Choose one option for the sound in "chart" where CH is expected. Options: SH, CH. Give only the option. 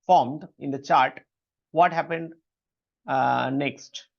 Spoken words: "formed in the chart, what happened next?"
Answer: CH